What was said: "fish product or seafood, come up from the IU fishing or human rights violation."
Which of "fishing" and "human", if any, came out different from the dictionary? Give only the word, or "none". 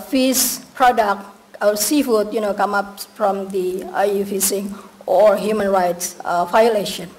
fishing